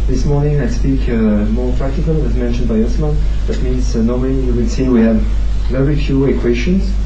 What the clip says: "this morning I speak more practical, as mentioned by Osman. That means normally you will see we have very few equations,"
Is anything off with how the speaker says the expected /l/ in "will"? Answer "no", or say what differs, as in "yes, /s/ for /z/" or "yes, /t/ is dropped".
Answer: yes, /n/ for /l/